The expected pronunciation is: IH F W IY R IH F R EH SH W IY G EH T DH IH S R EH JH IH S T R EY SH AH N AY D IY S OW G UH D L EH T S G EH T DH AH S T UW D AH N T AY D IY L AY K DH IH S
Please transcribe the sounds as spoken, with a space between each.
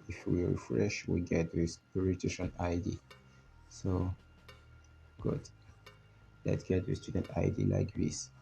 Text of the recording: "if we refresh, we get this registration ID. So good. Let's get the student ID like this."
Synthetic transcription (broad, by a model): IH F W IY R IH F R EH SH W IY G EH T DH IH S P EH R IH T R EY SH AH N AY D IY S OW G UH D L EH T S G EH T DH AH S T UW D AH N T AY D IY L AY K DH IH S